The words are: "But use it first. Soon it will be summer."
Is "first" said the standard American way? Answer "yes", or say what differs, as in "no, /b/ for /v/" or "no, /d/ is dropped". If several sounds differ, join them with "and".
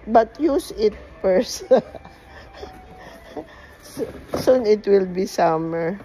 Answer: no, /p/ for /f/